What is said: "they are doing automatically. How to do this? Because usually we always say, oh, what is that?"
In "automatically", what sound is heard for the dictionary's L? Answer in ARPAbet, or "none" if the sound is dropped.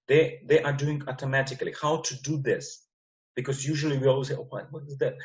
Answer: L